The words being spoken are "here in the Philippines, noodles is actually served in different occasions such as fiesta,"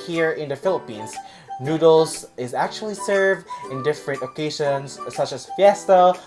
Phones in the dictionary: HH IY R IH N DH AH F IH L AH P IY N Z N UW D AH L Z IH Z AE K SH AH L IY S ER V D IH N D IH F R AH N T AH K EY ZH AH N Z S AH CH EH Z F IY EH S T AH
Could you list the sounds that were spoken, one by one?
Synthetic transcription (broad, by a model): HH IY R IH N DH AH F IH L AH P IY N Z N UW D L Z IH Z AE K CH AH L IY S ER V D IH N D IH F R AH N T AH K EY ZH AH N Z S AH CH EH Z F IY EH S T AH